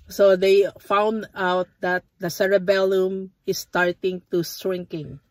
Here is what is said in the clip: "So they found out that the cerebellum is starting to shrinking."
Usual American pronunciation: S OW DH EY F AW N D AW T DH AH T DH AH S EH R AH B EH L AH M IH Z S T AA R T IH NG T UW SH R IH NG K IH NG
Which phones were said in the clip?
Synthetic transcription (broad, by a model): S OW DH EY F AW N D AW T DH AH T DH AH S EH R AH B EH L AH M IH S S T AA R T IH NG T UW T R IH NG K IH NG